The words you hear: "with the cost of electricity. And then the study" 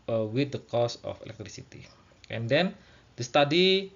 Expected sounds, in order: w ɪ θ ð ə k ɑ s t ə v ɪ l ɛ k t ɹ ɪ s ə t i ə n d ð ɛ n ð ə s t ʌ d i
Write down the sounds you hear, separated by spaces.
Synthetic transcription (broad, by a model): w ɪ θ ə k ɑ s ə f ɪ l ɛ k t ɹ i s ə t i ə n d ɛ n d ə s t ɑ d i